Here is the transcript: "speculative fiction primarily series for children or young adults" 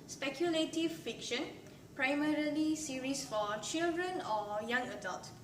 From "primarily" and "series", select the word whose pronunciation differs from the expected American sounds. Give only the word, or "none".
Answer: series